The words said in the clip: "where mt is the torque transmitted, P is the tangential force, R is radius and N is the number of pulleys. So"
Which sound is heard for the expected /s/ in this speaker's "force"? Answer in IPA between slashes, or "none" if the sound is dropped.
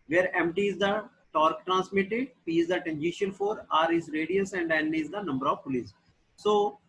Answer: none